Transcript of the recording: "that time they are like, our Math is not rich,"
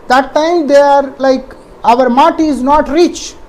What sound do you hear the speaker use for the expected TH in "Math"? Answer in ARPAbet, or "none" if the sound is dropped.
T